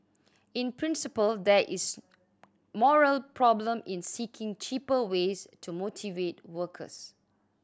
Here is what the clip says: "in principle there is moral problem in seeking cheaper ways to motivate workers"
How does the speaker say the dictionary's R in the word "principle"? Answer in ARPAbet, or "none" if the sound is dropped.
R